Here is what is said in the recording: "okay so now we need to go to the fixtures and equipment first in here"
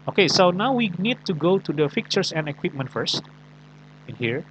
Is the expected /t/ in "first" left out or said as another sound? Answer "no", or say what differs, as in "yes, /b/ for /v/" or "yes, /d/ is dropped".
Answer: no